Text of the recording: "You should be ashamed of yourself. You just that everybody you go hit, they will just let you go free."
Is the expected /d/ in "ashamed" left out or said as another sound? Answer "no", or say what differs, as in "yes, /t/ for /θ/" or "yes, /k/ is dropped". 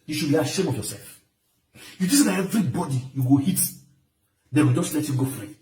yes, /d/ is dropped